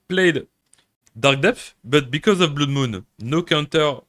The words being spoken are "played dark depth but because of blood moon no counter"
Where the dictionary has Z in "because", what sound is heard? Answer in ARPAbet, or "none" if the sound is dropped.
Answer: Z